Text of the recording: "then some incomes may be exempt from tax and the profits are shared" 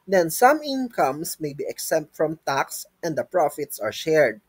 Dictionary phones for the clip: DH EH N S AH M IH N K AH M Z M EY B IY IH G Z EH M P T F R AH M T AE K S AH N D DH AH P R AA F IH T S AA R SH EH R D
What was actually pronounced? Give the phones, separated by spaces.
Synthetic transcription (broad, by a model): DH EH N S AH M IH N K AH M S M EY B IY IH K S EH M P T F R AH M T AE K S AH N D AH P R AA F IH T S AA R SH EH R D